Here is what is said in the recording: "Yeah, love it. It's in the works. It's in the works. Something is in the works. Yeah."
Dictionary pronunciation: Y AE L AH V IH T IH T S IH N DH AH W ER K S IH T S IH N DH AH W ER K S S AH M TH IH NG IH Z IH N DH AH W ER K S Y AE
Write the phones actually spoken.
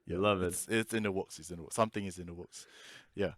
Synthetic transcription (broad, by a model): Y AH L AH V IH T IH T S IH N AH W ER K S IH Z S IH N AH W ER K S S AH M TH IH NG IH Z IH N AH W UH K S Y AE